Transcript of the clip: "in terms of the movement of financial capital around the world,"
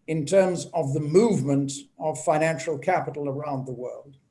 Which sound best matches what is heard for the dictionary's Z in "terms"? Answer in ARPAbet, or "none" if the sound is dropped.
Z